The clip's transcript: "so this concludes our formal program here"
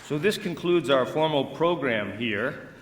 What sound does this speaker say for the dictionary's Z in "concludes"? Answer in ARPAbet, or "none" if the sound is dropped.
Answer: Z